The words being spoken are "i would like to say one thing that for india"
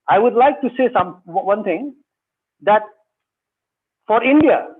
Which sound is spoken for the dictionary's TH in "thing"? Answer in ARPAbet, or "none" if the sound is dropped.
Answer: T